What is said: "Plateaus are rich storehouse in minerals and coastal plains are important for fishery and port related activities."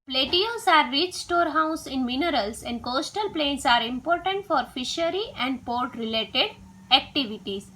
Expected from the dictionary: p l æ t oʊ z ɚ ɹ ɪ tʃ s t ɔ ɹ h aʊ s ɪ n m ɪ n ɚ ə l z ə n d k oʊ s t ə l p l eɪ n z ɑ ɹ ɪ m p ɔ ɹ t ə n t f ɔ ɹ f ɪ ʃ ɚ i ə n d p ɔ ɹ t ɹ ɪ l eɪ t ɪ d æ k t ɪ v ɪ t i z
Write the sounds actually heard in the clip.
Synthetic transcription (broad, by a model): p l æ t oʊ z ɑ ɹ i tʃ s t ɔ ɹ h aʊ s ɪ n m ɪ n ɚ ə l s ə n d k oʊ s t ə l p l eɪ n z ɑ ɹ ɪ m p ɔ ɹ t ə n t f ɔ ɹ f ɪ ʃ ɚ i ə n d p ɔ ɹ t ɹ ɪ l eɪ t ɪ d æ k t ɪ v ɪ t i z